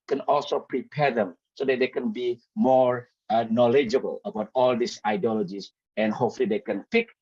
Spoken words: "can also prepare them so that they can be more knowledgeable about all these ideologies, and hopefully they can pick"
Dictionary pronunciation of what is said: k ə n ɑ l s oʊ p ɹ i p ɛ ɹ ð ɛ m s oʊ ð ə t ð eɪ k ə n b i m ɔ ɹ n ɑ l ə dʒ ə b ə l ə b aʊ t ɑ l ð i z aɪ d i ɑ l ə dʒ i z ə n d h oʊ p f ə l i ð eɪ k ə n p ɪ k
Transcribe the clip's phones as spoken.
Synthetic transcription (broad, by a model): k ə n ɑ l s oʊ p ɹ i p ɛ ɹ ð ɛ m s oʊ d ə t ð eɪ k ə n b i m ɔ ɹ n ɑ l ə dʒ ə b ə l ə b aʊ t ɑ l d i s aɪ d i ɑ l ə dʒ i s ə n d h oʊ f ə l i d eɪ k ə n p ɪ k